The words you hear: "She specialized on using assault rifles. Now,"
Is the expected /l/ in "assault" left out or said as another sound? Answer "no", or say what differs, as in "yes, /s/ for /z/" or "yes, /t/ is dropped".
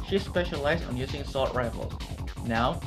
yes, /l/ is dropped